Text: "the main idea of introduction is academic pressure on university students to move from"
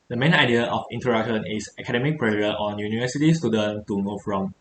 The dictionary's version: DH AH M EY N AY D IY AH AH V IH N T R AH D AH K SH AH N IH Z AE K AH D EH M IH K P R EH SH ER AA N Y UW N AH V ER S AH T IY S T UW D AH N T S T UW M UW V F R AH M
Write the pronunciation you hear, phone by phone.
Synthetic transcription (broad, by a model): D AH M EY N AY D IY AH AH F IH N T AH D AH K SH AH N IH S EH K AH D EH M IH K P R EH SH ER AA N Y UW N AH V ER S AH T IY S T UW D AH N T T UW M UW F R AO M